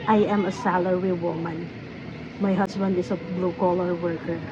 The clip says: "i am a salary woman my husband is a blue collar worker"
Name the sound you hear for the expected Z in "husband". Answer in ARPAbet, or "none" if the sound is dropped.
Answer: S